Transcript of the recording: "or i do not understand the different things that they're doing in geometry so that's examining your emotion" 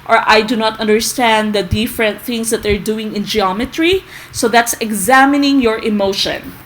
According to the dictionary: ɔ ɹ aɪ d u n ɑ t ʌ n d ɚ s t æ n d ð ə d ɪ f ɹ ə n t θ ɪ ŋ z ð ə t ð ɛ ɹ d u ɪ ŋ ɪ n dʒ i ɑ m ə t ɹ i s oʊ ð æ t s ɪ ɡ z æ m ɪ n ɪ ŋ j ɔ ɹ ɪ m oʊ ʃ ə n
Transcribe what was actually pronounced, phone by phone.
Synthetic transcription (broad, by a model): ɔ ɹ aɪ d u n ɑ t ʌ n d ɚ s t æ n d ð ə d ɪ f ɹ ə n t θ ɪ ŋ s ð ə t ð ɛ ɹ d u ɪ ŋ ɪ n dʒ i ɑ m ə t ɹ i s oʊ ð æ t s ɪ ɡ z æ m ɪ n ɪ ŋ j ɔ ɹ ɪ m oʊ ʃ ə n